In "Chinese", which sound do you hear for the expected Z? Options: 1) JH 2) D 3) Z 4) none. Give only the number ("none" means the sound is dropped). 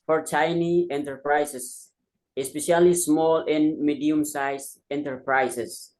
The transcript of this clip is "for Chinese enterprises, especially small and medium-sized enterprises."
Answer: 4